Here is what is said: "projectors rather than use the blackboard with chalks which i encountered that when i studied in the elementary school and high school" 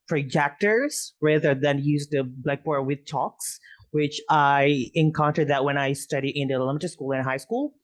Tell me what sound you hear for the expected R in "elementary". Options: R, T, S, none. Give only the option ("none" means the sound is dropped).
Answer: none